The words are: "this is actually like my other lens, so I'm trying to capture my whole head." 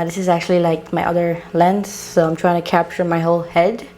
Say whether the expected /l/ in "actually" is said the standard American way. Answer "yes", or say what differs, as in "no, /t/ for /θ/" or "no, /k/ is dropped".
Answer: yes